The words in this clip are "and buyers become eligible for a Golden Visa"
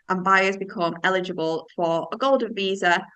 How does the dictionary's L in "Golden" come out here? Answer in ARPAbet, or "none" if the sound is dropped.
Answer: L